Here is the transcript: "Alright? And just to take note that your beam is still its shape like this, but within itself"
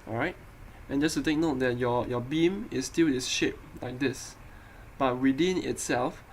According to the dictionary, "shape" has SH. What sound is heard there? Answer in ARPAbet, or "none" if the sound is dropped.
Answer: SH